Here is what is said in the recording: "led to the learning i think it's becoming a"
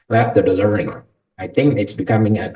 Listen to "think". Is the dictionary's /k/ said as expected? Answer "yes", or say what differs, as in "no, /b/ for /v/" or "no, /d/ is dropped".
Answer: yes